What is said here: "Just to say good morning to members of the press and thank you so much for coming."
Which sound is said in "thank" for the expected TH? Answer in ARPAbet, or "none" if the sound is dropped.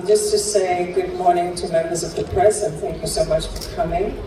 TH